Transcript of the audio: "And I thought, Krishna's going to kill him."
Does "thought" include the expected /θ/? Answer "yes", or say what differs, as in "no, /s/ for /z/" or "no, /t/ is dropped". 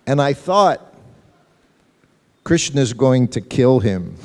yes